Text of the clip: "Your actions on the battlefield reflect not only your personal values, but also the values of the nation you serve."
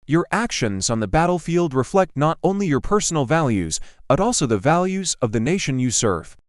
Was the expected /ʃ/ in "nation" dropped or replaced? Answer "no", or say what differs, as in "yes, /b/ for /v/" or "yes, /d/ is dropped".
no